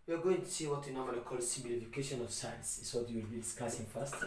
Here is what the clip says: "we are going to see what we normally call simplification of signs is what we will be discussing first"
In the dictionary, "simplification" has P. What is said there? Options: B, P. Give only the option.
B